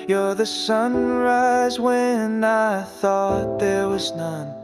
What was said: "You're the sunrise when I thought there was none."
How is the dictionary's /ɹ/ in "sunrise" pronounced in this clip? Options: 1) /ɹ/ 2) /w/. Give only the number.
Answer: 1